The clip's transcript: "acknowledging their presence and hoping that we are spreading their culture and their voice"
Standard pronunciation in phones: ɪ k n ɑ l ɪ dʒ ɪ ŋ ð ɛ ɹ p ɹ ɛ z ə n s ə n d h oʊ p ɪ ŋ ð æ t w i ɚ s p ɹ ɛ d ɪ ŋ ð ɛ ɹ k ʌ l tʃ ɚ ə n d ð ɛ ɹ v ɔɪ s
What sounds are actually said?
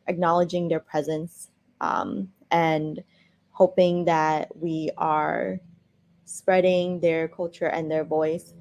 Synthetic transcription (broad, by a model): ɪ k n ɑ l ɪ dʒ ɪ ŋ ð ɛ ɹ p ɹ ɛ z ə n s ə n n h oʊ p ɪ ŋ ð æ t w i ɚ s p ɹ ɛ d ɪ ŋ ð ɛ ɹ k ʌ l tʃ ɚ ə n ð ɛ ɹ v ɔɪ s